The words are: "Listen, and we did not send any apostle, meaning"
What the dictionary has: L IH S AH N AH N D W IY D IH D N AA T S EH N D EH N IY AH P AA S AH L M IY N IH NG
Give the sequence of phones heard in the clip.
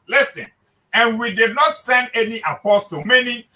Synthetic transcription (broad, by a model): L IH S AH N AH N W IY D IH D N AA T S EH N D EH N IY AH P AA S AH M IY N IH